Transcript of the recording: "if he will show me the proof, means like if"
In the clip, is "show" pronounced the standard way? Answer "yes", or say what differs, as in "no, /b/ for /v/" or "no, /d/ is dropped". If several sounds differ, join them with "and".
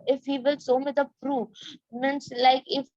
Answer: no, /s/ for /ʃ/